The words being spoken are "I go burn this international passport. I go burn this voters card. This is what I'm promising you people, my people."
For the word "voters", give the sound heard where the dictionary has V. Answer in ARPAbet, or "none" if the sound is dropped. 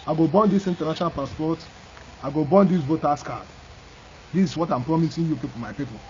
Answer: B